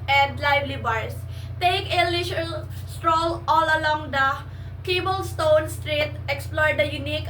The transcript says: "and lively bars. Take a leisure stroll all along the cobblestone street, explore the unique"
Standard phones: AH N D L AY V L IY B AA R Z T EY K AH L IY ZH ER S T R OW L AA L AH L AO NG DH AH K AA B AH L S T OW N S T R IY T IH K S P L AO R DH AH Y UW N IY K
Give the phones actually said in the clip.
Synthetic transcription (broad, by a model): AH N D L AY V L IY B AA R S T EY K AH L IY SH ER S T R OW L AA L AH L AO NG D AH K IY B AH L S T OW N S T R IY T IH K S P L AO R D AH Y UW N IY K